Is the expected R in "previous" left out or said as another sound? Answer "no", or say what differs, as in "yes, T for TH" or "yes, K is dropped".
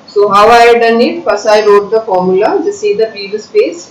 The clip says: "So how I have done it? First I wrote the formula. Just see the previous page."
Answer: yes, R is dropped